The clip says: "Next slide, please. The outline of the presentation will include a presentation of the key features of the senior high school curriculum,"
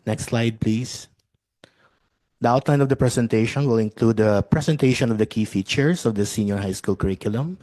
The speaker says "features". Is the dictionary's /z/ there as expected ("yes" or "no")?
no